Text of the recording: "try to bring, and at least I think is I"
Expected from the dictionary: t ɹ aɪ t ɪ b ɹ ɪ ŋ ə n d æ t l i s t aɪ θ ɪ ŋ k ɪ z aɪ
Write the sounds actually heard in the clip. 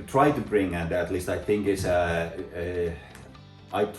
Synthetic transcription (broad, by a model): t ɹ aɪ t ɪ b ɹ ɪ ŋ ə n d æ t l i s t aɪ θ ɪ ŋ k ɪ s aɪ